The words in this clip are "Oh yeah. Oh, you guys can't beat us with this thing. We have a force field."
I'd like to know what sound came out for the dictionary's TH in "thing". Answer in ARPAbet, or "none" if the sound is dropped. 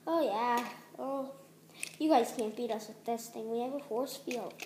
T